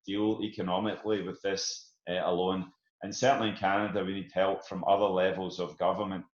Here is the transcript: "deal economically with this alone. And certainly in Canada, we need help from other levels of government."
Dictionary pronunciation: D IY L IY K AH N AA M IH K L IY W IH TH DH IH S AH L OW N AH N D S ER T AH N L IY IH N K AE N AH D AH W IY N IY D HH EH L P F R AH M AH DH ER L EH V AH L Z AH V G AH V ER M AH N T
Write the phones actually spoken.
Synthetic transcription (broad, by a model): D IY L IY K AH N AA M IH K L IY W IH DH IH S AH L OW N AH N S ER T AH N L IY IH N K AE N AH D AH W IY N IY D HH EH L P F R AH M AH DH ER L EH V AH L Z AH V G AH V ER M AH N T